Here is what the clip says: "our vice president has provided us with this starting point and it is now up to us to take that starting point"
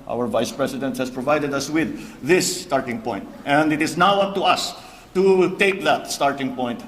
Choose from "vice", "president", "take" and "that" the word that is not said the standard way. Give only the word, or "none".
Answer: president